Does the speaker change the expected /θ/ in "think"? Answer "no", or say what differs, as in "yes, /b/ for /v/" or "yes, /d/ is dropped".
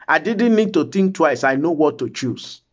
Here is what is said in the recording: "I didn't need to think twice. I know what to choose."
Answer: yes, /t/ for /θ/